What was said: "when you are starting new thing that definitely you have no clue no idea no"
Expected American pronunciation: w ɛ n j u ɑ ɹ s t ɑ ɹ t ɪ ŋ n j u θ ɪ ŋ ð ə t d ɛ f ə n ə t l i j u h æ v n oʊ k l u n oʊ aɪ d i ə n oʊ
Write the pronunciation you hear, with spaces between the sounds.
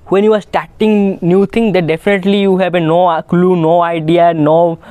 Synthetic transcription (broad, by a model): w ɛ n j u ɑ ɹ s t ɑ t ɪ ŋ n j u t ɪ ŋ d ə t d ɛ f ə n ə t l i j u h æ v n oʊ k l u n oʊ aɪ d i ə n oʊ